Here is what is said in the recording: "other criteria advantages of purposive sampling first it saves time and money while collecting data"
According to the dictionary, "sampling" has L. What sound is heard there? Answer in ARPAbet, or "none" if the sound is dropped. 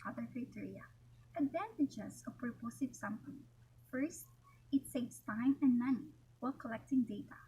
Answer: none